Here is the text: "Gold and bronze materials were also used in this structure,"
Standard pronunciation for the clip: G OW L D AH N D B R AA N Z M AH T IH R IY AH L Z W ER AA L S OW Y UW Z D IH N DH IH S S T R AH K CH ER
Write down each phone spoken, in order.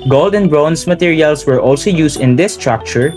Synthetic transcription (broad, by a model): G OW L D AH N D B R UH N S M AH T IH R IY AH L S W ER AA L S OW Y UW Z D IH N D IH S S T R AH K CH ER